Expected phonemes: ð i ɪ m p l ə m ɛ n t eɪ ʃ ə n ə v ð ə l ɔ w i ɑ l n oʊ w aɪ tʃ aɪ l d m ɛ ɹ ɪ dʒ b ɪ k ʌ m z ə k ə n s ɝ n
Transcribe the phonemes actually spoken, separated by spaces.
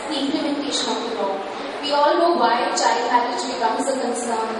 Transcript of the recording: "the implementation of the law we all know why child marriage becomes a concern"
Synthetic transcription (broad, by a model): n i ɪ m p l ə m ɛ n t eɪ ʃ ə n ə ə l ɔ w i ɑ l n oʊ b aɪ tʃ aɪ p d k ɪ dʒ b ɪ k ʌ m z ə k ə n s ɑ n